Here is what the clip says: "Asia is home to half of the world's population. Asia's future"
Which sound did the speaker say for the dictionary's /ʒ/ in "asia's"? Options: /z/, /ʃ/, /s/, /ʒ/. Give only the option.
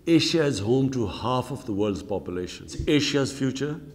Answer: /ʃ/